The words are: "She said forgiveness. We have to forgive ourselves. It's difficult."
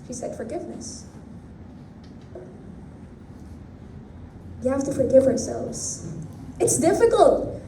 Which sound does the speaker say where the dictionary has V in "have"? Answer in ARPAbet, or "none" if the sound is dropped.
F